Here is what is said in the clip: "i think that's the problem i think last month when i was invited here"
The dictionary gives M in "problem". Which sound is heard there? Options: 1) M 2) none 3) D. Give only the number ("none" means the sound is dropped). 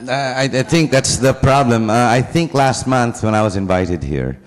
1